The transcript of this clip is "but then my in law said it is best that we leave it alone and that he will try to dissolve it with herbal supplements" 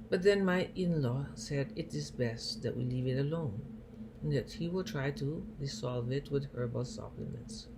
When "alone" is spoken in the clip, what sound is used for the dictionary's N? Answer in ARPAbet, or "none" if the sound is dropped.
none